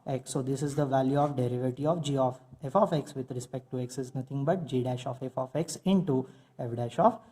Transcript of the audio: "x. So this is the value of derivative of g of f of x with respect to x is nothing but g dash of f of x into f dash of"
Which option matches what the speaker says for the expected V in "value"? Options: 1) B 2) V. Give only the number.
2